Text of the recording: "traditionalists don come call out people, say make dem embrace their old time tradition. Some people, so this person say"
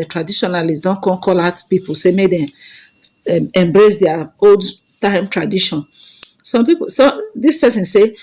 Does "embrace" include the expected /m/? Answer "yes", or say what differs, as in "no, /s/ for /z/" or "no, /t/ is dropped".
yes